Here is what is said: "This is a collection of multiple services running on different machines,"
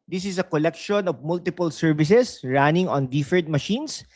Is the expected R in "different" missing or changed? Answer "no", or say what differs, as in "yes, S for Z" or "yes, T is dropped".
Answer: yes, R is dropped